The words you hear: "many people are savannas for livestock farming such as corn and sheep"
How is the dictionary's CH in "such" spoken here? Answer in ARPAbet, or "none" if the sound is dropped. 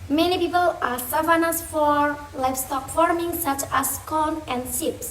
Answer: CH